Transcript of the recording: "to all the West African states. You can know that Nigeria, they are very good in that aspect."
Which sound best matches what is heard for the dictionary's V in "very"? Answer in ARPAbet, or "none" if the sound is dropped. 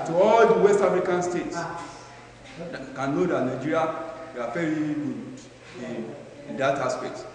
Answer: F